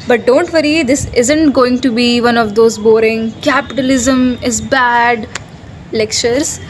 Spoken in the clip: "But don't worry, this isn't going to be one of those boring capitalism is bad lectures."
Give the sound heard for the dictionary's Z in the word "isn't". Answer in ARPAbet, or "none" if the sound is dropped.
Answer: Z